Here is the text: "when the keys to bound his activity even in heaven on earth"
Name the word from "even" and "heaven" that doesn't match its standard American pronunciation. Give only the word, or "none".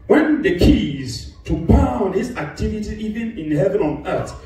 none